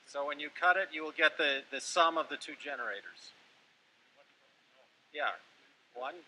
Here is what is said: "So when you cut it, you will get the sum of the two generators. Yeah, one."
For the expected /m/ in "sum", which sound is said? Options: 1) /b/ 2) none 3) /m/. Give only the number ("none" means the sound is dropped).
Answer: 3